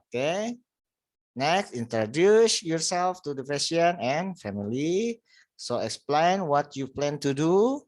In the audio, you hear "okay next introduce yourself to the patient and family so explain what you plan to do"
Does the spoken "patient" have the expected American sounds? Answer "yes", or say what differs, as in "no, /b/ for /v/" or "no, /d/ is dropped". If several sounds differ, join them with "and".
no, /t/ is dropped